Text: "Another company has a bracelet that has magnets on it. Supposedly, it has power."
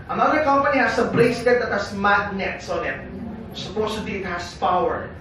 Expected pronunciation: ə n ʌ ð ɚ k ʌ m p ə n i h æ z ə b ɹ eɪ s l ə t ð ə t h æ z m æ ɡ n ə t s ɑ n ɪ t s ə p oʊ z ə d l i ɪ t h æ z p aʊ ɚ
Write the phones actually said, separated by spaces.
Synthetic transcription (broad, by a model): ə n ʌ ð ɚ k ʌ m p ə n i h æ s ə b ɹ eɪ s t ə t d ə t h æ s m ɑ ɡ n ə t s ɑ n ɪ t s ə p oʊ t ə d i ɪ t h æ s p aʊ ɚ